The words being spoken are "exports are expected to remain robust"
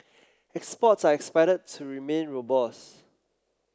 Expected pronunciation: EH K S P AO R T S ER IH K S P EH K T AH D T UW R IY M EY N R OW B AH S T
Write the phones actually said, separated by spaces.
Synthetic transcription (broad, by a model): EH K S P AO T S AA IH K S P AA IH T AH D T UW R IY M EY N R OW B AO S